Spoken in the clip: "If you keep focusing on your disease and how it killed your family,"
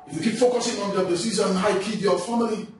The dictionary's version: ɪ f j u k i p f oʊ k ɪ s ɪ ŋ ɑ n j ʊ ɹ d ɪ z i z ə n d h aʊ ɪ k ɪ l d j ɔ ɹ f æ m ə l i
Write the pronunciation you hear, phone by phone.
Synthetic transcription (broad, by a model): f j u k i p f oʊ k ɪ s ɪ ŋ ɑ n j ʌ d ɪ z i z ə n h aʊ ɪ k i d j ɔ f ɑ m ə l i